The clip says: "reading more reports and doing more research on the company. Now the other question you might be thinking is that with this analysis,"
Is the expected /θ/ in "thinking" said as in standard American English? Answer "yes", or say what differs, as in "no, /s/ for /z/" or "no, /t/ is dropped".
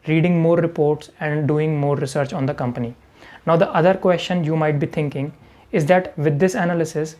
no, /t/ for /θ/